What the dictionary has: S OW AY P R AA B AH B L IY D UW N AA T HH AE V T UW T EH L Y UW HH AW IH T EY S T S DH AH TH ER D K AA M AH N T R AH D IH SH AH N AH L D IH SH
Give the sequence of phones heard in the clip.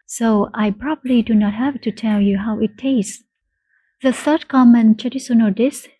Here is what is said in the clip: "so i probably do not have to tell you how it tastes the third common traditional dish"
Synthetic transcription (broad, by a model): S OW AY P R AA B AH B L IY D UW N AA T HH AE V T UW T EH L Y UW HH AW IH T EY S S DH AH TH ER D K AA M AH N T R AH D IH S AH N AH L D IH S